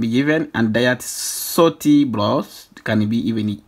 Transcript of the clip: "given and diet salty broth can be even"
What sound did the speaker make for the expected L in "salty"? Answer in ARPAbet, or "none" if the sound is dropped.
none